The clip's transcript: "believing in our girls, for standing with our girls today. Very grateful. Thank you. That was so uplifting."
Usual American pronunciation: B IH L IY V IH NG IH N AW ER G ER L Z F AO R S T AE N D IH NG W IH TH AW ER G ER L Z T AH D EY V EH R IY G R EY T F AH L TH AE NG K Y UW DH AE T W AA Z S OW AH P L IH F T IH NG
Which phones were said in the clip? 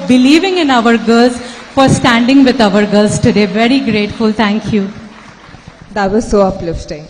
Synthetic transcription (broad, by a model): B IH L IY V IH NG IH N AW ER G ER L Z F AO R S T AE N D IH NG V IH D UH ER G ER L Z T AH D EY V EH R IY G R EY T F AH L T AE NG K Y UW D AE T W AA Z S OW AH P L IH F T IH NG